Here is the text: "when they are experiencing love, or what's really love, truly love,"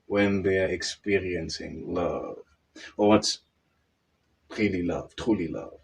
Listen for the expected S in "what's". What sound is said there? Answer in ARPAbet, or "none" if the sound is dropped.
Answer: S